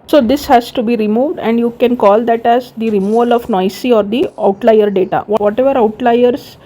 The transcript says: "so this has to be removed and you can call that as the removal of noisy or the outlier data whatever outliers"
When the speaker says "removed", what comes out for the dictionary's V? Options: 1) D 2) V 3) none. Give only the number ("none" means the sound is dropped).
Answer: 2